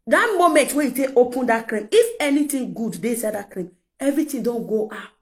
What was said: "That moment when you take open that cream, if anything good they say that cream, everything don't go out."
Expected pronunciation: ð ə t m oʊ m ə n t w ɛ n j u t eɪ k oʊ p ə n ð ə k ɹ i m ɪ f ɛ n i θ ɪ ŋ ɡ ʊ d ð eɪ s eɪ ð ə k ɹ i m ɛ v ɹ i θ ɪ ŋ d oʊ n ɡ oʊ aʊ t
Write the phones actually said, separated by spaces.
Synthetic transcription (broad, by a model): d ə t m oʊ m ə n t w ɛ j u t eɪ k oʊ p ə n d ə k ɹ i m ɪ f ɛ n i t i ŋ ɡ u d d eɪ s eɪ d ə k ɹ i m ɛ v ɹ i t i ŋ d oʊ n ɡ oʊ aʊ t